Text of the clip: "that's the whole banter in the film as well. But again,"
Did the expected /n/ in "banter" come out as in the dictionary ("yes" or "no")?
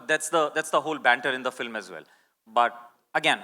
yes